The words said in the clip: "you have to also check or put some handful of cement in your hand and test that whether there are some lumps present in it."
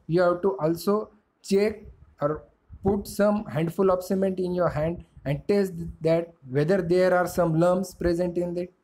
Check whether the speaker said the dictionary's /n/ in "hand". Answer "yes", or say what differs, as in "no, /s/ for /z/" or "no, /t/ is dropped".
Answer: yes